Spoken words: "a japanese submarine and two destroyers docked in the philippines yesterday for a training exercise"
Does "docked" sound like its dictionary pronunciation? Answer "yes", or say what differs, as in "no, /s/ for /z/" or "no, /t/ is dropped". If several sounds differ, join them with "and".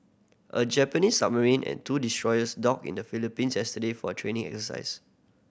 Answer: no, /t/ is dropped